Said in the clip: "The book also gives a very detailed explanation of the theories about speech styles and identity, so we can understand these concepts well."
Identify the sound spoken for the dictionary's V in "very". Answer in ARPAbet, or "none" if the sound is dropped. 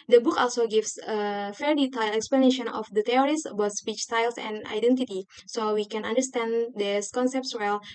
F